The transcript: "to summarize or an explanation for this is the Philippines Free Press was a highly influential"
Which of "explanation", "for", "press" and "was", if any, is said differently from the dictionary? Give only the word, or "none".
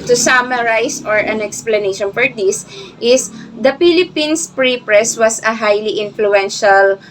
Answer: was